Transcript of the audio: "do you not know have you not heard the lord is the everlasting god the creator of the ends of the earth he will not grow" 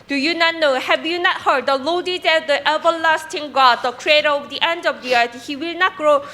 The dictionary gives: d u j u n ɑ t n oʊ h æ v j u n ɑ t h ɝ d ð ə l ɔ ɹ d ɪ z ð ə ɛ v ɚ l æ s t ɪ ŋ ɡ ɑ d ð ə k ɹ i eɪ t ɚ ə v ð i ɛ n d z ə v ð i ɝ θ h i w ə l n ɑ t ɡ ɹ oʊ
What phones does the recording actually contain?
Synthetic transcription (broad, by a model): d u j u n ɑ t n oʊ h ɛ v j u n ɑ t h ɝ d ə l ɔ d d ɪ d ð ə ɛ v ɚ l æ s t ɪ ŋ ɡ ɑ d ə k ɹ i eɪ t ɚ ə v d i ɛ n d ə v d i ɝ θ h i w ə l n ɑ t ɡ ɹ oʊ